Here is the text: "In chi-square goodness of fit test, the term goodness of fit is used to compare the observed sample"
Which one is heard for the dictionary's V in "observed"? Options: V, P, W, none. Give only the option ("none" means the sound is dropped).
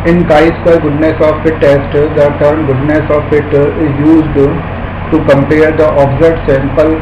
none